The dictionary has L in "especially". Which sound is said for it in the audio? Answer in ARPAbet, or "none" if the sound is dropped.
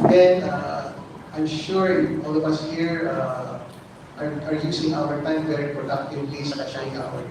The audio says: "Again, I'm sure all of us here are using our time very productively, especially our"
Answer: none